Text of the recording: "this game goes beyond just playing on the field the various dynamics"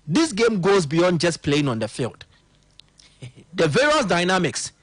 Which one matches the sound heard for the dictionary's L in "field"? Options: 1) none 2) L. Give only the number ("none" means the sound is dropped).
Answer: 2